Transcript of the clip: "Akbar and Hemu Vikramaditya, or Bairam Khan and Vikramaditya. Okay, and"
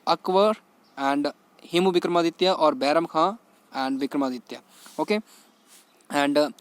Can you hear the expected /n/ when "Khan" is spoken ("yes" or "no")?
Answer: no